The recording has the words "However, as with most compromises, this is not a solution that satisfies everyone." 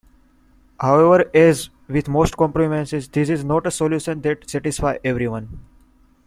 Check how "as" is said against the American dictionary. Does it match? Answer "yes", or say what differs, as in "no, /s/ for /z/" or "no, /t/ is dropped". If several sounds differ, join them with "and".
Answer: yes